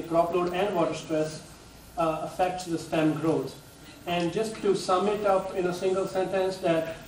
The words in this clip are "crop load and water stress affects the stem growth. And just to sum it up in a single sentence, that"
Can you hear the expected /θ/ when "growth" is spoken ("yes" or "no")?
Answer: no